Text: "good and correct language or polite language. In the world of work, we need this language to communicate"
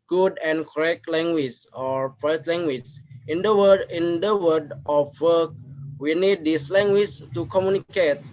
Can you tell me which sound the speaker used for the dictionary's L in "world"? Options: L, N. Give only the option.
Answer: N